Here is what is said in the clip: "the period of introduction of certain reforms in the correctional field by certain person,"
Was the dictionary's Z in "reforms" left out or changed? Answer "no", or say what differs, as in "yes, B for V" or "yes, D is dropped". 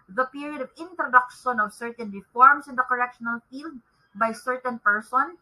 yes, S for Z